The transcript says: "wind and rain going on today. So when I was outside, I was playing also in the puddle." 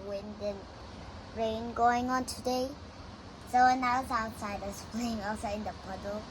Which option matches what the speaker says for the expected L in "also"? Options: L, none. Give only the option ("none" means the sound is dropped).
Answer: none